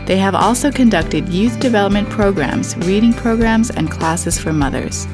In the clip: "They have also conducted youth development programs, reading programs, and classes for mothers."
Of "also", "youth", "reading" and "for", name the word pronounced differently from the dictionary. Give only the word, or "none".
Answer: none